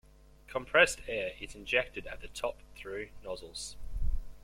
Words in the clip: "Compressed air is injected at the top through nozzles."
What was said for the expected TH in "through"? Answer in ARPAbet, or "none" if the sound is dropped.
TH